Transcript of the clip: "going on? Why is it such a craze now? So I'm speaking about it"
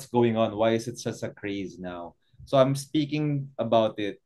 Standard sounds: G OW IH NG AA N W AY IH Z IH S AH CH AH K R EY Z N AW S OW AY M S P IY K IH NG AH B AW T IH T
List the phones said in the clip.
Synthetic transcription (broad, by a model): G OW IH NG AA N W AY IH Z IH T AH S AH K R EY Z N AW S OW AY M S P IY K IH NG AH B AW T IH T